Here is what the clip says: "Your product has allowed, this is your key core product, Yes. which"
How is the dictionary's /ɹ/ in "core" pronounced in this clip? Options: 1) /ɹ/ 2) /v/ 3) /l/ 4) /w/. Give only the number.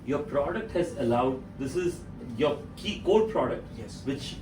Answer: 3